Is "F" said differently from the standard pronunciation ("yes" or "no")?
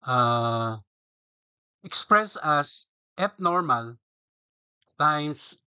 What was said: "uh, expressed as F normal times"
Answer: yes